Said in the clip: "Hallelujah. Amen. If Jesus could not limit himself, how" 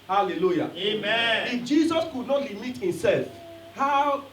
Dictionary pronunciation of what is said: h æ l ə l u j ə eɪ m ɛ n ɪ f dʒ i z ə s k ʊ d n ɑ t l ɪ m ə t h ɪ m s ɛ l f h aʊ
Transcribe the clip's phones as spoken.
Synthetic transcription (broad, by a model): h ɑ l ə l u j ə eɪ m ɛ ɪ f dʒ i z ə s k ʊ d n ɑ t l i m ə t h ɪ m s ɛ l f h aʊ